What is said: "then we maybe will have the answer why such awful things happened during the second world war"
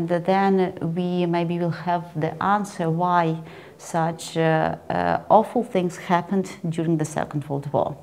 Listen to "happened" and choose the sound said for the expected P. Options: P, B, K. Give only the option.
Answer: P